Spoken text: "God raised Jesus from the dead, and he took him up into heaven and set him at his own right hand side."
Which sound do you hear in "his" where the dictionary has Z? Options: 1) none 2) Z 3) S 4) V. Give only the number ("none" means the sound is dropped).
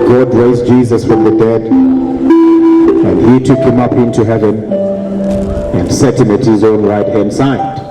2